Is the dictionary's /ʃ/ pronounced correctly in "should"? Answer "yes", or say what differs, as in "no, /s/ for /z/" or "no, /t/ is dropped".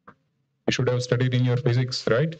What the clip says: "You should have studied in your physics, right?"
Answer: yes